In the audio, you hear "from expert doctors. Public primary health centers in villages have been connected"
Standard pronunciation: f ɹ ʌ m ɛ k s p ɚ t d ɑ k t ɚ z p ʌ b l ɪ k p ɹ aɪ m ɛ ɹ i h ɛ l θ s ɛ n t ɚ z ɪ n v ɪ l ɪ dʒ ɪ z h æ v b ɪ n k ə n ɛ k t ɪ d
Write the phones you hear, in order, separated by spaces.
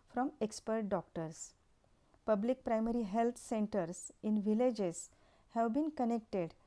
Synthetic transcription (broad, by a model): f ɹ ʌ m ɛ k s p ɚ t d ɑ k t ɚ s p ʌ b l ɪ k p ɹ aɪ m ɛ ɹ i h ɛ l t s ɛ n t ɚ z ɪ n v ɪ l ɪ dʒ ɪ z h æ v b ɪ n k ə n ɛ k t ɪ d